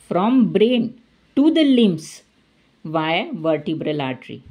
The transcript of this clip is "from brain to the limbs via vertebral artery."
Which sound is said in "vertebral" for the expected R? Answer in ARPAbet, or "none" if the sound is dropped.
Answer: R